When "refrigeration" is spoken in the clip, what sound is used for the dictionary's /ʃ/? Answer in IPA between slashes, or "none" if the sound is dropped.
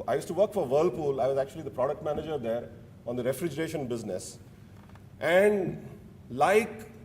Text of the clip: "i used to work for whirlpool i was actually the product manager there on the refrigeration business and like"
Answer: /ʃ/